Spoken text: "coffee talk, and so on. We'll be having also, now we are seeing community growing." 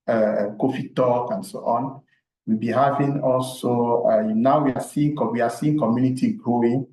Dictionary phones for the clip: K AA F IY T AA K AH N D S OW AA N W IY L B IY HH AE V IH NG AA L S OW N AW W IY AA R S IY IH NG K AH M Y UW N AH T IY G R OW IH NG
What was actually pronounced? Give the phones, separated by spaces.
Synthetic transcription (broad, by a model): K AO F IY T AA K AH N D S OW AA N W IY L B IY HH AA V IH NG AA L S OW N AW W IY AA W S IY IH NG K AH M Y UW N AH T IY G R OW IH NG